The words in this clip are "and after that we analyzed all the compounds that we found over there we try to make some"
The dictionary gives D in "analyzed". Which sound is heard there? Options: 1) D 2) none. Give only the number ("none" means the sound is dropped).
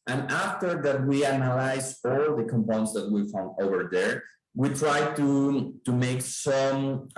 2